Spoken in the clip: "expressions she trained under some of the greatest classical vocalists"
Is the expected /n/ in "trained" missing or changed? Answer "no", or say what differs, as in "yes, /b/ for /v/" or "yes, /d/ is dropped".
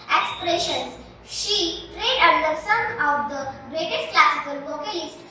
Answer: yes, /n/ is dropped